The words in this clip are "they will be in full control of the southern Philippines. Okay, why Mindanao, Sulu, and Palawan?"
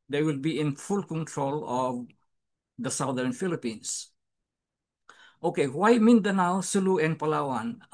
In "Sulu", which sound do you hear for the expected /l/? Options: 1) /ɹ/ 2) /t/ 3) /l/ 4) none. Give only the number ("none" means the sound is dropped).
3